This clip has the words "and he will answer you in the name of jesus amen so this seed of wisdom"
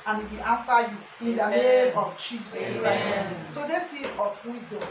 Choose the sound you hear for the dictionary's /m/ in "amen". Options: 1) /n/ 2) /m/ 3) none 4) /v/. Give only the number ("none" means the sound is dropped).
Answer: 3